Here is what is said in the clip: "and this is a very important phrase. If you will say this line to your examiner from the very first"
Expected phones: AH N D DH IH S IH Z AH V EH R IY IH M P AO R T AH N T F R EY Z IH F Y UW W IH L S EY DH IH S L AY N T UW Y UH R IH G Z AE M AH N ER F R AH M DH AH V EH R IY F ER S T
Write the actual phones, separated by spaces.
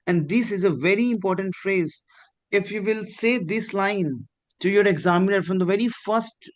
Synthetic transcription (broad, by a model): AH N D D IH S IH Z AH V EH R IY IH M P AO R T AH N T F R EY Z IH F Y UW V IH L S EY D IH S L AY N T UW Y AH R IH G Z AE M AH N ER F R AH M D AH V EH R IY F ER S T